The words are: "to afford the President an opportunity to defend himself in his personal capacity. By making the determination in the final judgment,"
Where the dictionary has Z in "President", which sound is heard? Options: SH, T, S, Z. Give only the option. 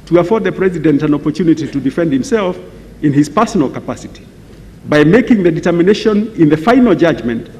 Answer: Z